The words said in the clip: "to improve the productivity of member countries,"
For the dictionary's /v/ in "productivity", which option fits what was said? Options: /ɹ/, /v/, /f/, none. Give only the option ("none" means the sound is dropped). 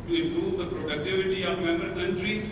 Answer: /v/